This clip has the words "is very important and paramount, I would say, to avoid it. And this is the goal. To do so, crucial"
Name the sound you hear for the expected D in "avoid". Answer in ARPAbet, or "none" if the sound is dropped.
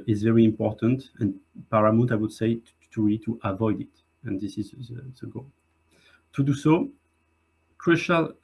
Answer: D